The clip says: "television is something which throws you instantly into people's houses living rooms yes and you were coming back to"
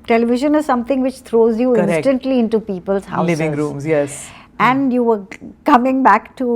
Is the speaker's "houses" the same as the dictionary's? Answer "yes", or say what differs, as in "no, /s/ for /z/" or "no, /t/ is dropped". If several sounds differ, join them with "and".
no, /s/ is dropped